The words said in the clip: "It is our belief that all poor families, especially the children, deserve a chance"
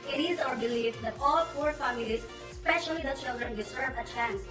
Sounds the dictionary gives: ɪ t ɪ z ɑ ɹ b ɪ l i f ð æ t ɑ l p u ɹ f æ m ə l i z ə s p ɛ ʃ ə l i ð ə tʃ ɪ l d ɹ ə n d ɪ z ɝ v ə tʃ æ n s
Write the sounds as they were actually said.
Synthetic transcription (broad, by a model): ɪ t ɪ z ɑ ɹ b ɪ l i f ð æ t ɑ l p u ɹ f æ m ə l i z s p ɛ ʃ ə l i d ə tʃ ɪ l d ɹ ə n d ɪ s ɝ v ə tʃ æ n s